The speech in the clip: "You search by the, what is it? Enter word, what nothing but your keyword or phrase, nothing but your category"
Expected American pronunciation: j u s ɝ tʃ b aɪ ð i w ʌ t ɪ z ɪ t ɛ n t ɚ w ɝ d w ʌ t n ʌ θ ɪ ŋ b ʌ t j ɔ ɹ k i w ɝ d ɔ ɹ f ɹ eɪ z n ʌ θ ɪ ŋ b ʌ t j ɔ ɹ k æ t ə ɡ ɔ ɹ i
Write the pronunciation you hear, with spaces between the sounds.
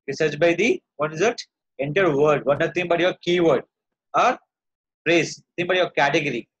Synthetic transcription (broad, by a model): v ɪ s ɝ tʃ b aɪ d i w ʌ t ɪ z ɪ t ɛ n t ɚ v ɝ d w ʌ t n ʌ t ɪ ŋ b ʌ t j ɔ ɹ k i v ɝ d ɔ ɹ p ɹ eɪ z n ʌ t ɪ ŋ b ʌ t j ɔ ɹ k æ t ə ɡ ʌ ɹ i